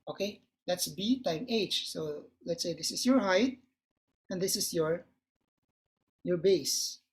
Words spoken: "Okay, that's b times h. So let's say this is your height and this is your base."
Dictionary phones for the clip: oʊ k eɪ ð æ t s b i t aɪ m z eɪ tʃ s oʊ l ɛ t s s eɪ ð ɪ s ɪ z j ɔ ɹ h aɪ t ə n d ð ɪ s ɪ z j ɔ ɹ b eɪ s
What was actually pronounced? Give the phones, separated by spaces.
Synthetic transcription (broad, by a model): oʊ k eɪ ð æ t s b i t aɪ m eɪ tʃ s oʊ l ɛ t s s eɪ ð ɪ s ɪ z j ɔ ɹ h aɪ t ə n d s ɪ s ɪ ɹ j ɔ ɹ b eɪ s